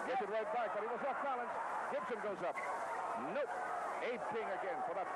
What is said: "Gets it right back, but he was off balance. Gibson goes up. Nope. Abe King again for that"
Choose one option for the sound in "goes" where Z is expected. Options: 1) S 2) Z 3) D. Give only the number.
2